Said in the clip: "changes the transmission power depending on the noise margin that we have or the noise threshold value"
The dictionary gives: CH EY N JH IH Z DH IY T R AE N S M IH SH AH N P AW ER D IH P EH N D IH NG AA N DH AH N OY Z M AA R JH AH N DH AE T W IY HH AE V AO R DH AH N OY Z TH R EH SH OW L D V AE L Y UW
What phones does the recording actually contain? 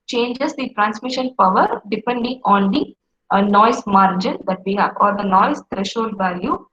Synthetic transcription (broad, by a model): CH EY N JH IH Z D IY T R AE N S M IH SH AH N P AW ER D IH P EH N D IH NG AA N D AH N OY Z M AA R JH AH N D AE T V IY HH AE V AO R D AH N OY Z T R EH SH OW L V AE L Y UW